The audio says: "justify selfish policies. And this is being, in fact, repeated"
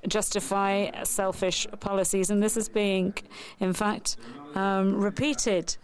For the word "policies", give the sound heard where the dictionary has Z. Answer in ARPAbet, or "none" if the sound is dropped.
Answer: Z